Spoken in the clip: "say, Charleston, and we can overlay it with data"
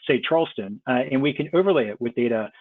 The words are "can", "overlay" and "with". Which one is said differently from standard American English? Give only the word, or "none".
none